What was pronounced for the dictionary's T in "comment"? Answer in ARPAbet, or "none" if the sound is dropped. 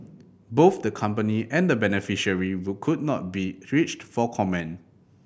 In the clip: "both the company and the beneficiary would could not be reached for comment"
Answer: none